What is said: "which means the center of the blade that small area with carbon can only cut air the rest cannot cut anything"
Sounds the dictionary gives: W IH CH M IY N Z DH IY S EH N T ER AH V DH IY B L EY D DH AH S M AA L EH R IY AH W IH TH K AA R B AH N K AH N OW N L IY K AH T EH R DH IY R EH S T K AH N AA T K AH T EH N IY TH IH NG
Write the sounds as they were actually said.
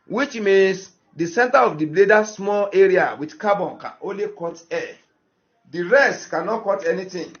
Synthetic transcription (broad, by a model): W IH CH M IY N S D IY S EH N T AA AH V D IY B L EY D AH S M AA L EH R IY AH W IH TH K AA B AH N K AH N OW N L IY K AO T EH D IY R EH S T K AH N AA T K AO T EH N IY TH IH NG